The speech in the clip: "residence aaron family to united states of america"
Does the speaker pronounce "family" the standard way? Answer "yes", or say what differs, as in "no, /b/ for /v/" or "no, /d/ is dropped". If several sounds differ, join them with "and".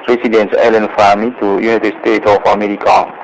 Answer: no, /l/ is dropped